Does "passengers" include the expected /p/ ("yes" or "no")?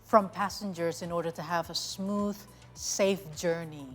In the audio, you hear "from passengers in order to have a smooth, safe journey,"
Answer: yes